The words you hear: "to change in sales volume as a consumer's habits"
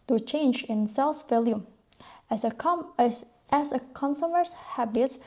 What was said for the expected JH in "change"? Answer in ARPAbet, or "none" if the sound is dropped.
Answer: JH